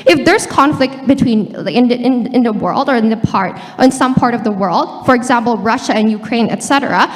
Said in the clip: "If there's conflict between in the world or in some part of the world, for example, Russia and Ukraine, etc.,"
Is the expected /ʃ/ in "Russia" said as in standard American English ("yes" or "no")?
yes